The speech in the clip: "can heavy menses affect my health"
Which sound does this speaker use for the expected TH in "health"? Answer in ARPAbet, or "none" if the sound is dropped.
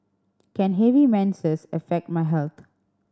T